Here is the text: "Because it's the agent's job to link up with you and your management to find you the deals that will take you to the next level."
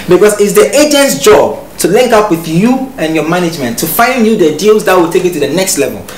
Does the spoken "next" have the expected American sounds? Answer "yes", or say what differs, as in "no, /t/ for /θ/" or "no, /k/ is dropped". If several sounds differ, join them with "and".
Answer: yes